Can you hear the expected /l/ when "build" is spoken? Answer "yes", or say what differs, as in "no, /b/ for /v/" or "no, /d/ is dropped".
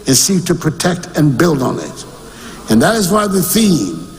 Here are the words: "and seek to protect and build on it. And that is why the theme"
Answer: yes